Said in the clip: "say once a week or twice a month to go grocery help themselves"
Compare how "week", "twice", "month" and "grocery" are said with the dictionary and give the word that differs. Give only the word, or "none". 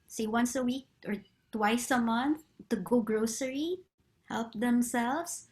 none